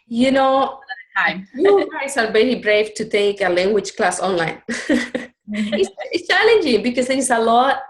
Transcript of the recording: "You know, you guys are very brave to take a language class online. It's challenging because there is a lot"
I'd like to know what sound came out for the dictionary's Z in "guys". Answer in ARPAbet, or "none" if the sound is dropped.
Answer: S